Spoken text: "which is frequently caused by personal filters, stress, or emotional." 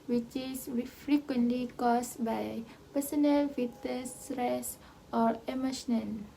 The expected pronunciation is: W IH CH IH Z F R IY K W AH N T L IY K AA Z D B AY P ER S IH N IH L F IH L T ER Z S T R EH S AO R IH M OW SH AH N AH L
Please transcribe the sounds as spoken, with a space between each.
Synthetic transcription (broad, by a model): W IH CH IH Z F R IY K W AH N T L IY K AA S B AY P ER S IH N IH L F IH T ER S T R EH S AO R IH M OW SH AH N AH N